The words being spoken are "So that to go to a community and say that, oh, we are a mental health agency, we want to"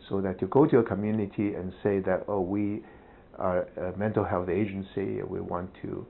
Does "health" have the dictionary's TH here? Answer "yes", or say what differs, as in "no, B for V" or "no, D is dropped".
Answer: yes